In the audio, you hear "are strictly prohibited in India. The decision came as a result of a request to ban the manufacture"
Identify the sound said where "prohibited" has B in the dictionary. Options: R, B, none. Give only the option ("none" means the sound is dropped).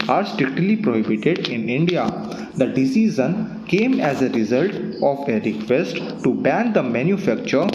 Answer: B